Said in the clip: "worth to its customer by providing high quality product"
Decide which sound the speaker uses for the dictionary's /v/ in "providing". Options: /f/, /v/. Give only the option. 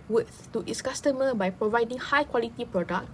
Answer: /v/